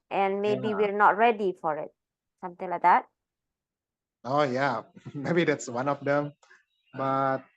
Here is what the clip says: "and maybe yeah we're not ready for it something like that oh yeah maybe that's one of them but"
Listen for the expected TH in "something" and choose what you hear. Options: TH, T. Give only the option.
T